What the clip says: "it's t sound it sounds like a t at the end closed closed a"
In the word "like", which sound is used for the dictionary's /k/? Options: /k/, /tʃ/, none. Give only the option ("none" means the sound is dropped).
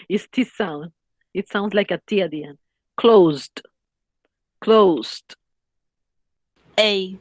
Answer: /k/